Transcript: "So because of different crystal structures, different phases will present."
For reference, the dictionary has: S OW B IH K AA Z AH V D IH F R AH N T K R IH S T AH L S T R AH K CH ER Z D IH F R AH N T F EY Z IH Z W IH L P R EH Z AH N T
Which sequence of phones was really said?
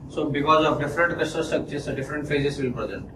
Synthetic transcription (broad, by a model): S OW B IH K AA Z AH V D IH F R AH N T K AH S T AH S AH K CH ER S D IH F R AH N T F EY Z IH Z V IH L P R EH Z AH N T